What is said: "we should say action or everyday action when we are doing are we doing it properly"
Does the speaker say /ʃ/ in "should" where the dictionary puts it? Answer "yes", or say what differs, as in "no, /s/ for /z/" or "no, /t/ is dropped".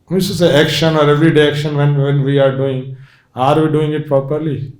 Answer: no, /s/ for /ʃ/